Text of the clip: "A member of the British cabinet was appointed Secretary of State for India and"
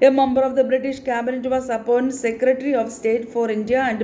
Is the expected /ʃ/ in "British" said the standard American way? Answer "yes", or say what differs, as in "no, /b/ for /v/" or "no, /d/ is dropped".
yes